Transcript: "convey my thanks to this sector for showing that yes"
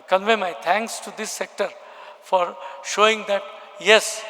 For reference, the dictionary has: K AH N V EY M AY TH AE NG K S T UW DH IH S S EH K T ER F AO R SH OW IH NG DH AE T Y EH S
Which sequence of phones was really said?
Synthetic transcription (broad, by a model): K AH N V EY M AY T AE NG K S T UW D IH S S EH K T ER F AO R SH OW IH NG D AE T Y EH S